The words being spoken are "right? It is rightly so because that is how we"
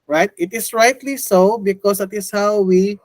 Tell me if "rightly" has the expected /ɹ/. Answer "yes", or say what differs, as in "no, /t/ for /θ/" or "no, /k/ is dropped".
yes